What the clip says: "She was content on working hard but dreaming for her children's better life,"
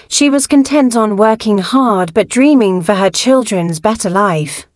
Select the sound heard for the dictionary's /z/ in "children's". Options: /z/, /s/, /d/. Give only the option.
/z/